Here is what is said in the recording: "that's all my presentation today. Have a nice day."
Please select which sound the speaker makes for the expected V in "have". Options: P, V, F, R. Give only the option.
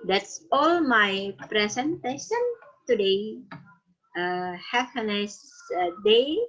P